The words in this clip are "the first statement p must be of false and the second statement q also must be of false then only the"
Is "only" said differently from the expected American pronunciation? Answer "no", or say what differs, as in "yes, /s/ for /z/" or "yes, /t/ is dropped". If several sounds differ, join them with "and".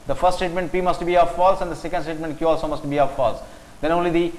no